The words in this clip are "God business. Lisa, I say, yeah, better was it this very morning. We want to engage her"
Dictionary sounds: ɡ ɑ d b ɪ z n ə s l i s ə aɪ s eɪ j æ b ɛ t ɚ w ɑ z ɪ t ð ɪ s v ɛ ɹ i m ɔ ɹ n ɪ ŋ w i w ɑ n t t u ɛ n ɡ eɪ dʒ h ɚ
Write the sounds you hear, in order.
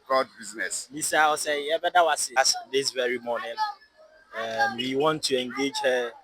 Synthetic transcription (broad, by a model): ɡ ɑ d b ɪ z n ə s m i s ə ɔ s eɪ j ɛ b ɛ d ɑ w ɑ s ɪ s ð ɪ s v ɛ ɹ i m ɔ n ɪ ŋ w i w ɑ n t t u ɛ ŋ ɡ eɪ dʒ h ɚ